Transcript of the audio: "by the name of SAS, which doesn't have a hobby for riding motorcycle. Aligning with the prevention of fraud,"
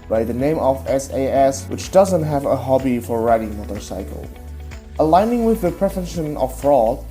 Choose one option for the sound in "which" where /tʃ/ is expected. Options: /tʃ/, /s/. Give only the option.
/tʃ/